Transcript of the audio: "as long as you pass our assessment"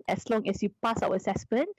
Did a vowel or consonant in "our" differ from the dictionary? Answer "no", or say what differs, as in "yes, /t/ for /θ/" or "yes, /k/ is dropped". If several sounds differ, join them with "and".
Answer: yes, /w/ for /ɹ/